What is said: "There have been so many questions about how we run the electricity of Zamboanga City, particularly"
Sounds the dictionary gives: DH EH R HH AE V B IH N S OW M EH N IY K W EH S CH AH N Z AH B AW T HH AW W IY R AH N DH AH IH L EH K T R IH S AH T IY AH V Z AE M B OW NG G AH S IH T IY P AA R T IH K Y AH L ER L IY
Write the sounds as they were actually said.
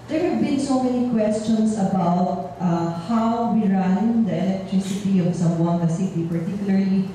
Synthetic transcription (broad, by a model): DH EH R HH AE V B IH N S OW M EH N IY K W EH S CH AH N S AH B AW T HH AW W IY R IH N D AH IH L EH K T R IH S AH T IY AH V S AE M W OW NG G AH S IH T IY P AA R T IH K Y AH L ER L IY